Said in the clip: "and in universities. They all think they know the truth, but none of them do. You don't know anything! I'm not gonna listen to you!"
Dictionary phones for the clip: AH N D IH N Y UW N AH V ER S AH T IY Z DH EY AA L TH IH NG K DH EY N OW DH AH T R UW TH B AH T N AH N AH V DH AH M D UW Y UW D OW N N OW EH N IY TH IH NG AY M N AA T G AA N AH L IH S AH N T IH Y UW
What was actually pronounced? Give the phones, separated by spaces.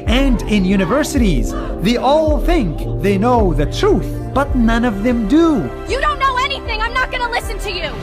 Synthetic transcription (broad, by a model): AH N D IH N Y UW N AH V ER S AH T IY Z DH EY AA L TH IH NG K DH EY N OW DH AH T R UW TH B AH T N AH N AH V DH AH M D UW Y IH D OW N N OW EH N IY TH IH NG AY M N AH T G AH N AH L IH S AH N T IH Y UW